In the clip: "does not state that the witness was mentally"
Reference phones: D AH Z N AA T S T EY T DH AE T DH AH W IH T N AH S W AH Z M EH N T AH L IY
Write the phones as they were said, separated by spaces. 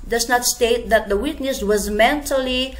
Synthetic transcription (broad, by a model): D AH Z N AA T S T EY T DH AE T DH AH W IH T N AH S W AH Z M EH N T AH L IY